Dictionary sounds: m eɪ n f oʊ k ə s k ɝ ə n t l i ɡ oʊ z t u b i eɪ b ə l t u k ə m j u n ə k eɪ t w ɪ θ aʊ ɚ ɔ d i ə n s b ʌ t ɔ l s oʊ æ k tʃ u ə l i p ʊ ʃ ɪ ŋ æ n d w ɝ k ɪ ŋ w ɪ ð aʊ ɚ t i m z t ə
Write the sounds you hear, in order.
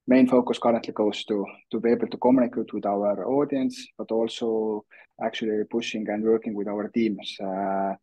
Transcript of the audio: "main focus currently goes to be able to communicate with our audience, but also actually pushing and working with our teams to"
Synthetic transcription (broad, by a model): m eɪ n f oʊ k ə s k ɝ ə n t l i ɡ oʊ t t u b i eɪ b ə l t u k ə m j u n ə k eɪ t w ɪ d aʊ ɚ ɔ d i ə n s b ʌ t ɔ l s oʊ æ k tʃ u ə l i p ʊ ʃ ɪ ŋ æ n d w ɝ k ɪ ŋ w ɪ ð aʊ ɚ t i m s